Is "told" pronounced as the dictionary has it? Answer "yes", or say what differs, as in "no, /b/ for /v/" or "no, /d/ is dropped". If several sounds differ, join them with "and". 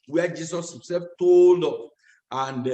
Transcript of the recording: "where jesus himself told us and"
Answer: yes